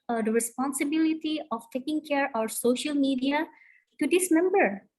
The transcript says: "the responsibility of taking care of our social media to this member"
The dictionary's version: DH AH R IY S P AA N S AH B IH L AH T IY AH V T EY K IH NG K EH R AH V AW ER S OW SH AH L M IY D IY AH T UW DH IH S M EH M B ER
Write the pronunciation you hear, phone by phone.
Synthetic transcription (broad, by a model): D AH R IY S P AA N S AH B IH L AH T IY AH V T EY K IH NG K EH R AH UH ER S OW SH AH L M IY D IY AH T UW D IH S M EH M B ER